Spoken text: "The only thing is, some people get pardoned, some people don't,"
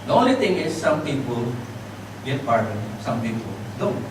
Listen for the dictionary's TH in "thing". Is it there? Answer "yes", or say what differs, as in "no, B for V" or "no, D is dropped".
no, T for TH